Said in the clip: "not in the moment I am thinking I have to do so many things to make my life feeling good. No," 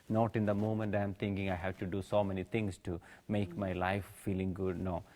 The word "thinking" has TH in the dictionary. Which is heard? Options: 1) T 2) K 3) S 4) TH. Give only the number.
1